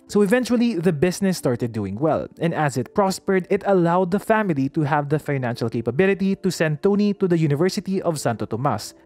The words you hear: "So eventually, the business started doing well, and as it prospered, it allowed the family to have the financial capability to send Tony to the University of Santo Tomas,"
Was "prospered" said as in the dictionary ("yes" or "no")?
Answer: yes